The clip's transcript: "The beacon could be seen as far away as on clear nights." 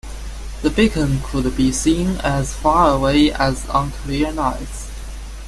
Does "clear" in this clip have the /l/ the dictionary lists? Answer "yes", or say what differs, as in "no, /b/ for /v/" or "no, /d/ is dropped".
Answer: no, /l/ is dropped